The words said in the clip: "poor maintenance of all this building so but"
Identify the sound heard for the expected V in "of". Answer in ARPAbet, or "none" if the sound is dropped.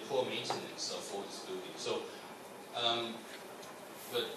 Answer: F